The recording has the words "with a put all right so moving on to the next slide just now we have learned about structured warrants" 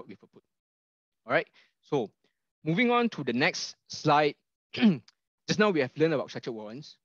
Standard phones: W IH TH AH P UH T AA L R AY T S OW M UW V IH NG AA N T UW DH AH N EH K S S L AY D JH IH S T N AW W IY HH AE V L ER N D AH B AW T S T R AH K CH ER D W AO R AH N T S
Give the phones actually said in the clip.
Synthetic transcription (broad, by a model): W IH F AH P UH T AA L R AY T S OW M UW V IH NG AA N T UW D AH N EH K S S L AY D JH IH S N AW W IY HH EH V L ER N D AH B AW T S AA CH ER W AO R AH N S